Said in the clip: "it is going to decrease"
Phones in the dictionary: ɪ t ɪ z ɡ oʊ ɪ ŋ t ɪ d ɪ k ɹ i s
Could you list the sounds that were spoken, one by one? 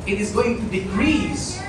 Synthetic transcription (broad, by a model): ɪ t ɪ z ɡ oʊ ɪ ŋ t ɪ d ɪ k ɹ i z